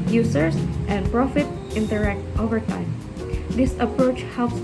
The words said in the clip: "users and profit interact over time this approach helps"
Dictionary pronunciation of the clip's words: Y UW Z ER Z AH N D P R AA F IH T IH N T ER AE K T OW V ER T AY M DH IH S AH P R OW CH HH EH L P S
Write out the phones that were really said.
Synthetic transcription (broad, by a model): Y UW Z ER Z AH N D P R AA F IH T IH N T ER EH K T OW V ER T AY M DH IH S AH P R OW CH HH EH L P S